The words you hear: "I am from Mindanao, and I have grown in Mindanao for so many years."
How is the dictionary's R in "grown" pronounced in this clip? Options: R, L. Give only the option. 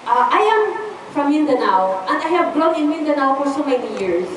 L